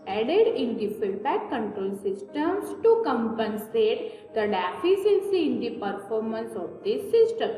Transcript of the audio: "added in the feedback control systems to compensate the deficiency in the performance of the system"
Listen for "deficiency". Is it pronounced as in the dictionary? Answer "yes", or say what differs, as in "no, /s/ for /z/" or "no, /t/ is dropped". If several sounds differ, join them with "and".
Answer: no, /s/ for /ʃ/